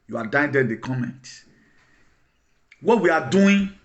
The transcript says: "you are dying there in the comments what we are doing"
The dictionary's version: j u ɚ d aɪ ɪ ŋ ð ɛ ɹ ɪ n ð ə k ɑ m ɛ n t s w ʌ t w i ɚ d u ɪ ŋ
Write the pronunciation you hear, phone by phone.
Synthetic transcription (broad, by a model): j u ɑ d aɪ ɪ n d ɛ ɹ ɪ n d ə k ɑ m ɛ n t w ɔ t w i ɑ d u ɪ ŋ